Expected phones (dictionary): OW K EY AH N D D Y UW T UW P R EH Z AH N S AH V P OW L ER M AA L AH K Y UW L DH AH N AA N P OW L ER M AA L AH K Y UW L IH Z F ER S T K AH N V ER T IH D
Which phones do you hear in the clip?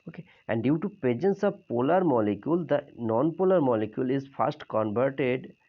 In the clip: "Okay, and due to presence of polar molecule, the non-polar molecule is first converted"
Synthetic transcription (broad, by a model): OW K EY AH N D D Y UW T UW P EH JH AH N S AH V P OW L ER M AA L AH K Y UW L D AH N AA N P OW L ER M AA L AH K Y UW L IH Z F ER S T K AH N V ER T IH D